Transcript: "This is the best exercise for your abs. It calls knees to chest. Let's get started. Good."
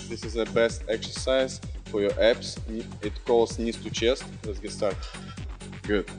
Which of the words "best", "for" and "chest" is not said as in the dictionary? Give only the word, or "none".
none